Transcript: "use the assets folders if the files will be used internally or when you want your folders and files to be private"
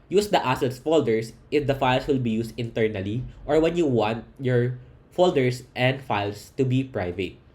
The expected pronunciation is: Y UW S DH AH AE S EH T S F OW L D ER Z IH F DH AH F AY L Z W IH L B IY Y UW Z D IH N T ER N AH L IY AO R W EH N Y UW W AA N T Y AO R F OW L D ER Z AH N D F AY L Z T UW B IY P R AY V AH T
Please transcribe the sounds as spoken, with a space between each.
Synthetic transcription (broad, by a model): Y UW S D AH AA S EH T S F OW L D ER S IH F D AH F AY L S W IH L B IY Y UW S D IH N T ER N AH L IY AO R W EH N Y UW W AA N T Y AO R F OW L D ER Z AH N D F AY L S T UW B IY P R AY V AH T